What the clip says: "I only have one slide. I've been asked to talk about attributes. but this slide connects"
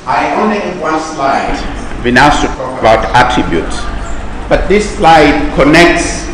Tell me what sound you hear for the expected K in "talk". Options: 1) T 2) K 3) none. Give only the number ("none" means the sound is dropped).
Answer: 3